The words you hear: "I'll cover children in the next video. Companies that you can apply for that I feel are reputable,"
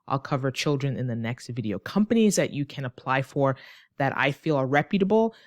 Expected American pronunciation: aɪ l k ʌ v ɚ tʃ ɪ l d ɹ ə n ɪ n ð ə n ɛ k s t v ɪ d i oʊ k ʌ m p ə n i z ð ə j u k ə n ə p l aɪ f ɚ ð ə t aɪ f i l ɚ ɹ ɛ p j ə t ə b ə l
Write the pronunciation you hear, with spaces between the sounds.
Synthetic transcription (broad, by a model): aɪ l k ʌ v ɚ tʃ ɪ l d ɹ ə n ɪ n ð ə n ɛ k s t v ɪ d i oʊ k ʌ m p ə n i z ð ə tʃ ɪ k ə n ə p l aɪ f ɚ ð ə t aɪ f i l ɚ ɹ ɛ p j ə t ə b l